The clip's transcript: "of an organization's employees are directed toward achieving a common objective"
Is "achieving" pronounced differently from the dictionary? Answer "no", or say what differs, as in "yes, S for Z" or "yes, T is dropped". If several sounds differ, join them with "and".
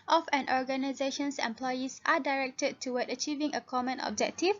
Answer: no